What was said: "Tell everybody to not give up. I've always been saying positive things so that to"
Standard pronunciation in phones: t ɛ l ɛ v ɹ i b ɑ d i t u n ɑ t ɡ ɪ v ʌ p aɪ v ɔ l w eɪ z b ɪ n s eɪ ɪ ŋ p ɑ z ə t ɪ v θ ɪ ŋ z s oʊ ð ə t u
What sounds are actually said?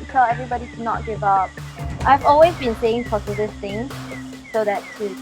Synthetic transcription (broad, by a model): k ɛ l ɛ v ɹ i b ɑ d i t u n ɑ t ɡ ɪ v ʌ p aɪ v ɔ l w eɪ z b ɪ n s eɪ ɪ ŋ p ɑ s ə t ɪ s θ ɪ ŋ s s oʊ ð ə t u